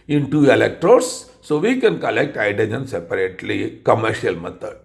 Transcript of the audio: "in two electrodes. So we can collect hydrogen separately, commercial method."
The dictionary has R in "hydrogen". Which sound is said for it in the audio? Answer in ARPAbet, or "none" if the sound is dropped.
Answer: none